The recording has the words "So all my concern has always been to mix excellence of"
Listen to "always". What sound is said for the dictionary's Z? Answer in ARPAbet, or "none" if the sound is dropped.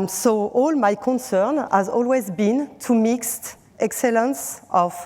Z